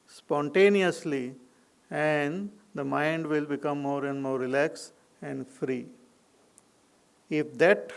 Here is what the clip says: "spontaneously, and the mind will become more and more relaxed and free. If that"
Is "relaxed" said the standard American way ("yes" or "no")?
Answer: no